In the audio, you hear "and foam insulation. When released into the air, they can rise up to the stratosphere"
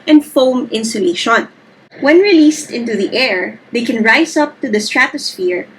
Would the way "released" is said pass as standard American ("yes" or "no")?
yes